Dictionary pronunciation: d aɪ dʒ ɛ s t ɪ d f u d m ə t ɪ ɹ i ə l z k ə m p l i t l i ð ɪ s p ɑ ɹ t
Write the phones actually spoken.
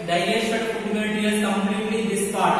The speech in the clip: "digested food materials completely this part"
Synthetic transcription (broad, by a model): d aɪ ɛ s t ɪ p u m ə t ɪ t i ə z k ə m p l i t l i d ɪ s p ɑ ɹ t